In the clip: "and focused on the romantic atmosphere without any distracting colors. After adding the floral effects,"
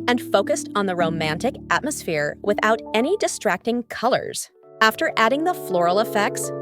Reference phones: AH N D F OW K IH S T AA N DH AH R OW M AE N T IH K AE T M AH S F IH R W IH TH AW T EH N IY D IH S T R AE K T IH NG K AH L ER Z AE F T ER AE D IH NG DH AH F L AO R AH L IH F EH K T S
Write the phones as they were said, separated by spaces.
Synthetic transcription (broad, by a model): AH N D F OW K IH S T N DH AH R OW M AE N T IH K AE T M AH S F IH R W IH TH AW T EH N IY D IH S T R AE K T IH NG K AH L ER Z AE F T ER AE D IH NG DH AH F L AO R L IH F EH K T S